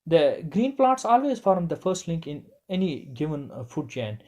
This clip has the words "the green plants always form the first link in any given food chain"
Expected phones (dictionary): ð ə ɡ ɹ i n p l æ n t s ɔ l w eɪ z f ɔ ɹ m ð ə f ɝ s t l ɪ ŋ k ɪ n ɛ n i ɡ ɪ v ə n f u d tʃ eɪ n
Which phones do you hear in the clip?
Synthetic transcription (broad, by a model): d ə ɡ ɹ i n p l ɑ t s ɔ l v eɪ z f ɔ ɹ m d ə f ɝ s t l ɪ ŋ k ɪ n ɛ n i ɡ ɪ v ə n f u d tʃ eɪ n